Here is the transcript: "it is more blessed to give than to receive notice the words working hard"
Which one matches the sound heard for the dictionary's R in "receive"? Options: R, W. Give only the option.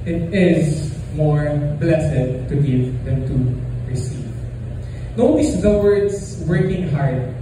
R